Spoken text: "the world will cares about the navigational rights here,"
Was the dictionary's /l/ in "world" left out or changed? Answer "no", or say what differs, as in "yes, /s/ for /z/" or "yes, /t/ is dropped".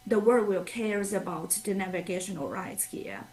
yes, /l/ is dropped